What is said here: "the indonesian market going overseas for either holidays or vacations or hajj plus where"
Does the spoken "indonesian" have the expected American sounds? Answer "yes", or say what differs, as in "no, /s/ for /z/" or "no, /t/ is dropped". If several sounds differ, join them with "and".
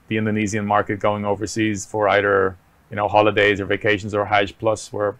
no, /z/ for /ʒ/